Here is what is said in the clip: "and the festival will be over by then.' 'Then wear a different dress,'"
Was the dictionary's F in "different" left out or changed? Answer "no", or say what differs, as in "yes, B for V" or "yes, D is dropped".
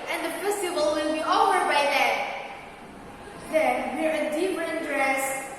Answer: yes, P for F